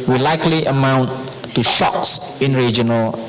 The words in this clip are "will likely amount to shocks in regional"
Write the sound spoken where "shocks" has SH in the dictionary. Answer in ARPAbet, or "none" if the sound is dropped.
SH